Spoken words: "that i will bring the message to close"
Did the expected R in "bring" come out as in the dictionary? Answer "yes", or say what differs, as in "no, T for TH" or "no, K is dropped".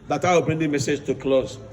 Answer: yes